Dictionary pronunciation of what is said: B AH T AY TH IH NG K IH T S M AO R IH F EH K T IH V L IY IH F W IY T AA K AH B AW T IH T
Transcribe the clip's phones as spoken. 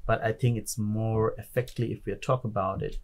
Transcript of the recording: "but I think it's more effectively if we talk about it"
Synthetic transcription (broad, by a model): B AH T AY TH IH NG K IH T S M AO R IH F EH K T L IY IH F W IY T AA K AH B AW T IH T